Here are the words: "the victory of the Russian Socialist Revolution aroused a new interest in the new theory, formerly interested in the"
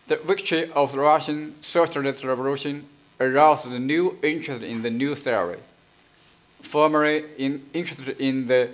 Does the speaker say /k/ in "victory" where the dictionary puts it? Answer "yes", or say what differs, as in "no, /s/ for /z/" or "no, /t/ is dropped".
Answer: yes